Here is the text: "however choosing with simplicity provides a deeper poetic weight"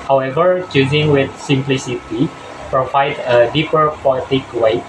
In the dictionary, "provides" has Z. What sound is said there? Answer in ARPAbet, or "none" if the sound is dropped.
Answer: none